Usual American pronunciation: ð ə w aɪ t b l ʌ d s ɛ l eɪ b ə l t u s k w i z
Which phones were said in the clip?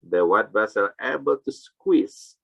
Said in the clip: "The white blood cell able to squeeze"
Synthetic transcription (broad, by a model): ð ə w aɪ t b ʌ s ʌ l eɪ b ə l t u s k w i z